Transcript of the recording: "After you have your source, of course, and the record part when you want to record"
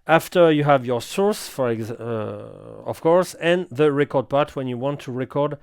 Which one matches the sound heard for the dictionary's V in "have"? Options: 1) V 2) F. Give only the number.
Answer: 1